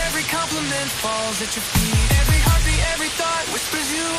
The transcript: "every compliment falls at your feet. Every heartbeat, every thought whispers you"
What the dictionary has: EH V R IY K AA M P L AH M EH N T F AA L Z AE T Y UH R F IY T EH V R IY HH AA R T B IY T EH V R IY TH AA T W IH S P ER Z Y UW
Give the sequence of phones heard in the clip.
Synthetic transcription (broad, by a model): EH V R IY K AA M P L AH M EH N T F AA L Z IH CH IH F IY EH V R IY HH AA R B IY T EH V R IY TH AA T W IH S P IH Z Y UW